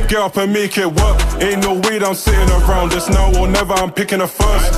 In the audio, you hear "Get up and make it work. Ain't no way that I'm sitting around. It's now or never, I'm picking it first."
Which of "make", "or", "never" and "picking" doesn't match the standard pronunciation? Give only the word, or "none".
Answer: or